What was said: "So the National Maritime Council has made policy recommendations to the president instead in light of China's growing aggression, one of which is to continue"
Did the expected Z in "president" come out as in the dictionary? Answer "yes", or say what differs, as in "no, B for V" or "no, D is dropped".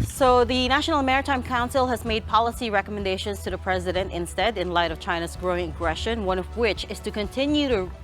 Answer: yes